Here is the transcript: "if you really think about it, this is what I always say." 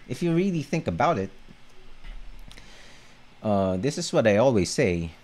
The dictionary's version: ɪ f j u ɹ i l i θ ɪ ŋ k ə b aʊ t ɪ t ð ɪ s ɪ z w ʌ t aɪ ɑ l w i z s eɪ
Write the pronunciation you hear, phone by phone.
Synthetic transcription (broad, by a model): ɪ f j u ɹ i l i θ ɪ ŋ k ə b aʊ t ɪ t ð ɪ s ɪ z w ʌ t aɪ ɑ l w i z s eɪ